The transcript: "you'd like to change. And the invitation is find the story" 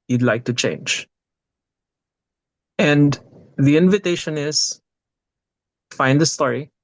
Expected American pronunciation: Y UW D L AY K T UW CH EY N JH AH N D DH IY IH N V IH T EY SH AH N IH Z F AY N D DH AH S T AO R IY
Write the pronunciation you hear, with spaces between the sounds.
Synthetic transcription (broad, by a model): Y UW D L AY K T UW CH EY N JH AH N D DH IY IH N V IH T EY SH AH N IH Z F AY N D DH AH S T AO R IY